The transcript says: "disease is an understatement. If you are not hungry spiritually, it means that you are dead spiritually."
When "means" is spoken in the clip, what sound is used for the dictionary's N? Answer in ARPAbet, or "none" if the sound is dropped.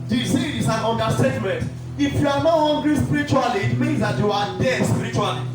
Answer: N